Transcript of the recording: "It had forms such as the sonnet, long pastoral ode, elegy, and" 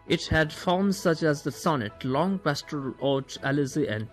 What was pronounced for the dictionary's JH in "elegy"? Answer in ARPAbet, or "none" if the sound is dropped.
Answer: Z